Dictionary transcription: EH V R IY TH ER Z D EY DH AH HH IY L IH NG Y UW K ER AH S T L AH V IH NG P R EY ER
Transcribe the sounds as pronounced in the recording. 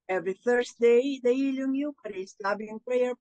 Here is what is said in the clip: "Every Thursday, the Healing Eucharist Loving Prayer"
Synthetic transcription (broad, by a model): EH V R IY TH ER S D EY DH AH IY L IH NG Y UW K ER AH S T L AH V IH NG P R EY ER